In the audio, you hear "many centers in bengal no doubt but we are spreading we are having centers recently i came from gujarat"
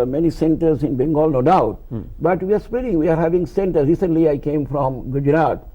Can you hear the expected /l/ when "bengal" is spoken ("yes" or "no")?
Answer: yes